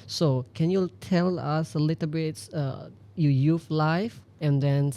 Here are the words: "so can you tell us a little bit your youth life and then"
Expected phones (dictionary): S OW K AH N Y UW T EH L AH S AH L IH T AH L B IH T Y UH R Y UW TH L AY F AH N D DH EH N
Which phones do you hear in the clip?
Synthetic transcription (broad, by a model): S OW K AH N Y UW T EH L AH S AH L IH T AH B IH T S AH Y Y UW F L AY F AH N D EH N